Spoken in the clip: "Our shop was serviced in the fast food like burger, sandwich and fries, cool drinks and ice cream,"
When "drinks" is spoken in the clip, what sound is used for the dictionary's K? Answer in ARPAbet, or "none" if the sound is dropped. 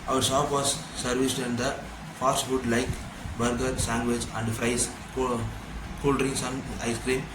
none